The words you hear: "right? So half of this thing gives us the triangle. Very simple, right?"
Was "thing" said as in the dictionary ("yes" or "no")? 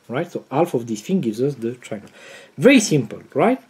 no